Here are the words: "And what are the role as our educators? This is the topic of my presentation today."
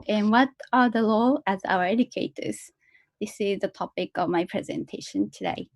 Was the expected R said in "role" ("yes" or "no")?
no